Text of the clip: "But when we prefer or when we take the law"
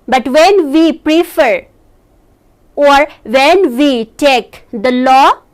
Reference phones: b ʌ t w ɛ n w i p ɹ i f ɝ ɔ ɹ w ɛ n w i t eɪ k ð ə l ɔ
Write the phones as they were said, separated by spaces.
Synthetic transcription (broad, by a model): b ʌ t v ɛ n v i p ɹ i f ɝ ɔ ɹ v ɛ n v i t eɪ k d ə l ɔ